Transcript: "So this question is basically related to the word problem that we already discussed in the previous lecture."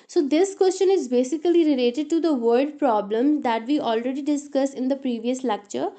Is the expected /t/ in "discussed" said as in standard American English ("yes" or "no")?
no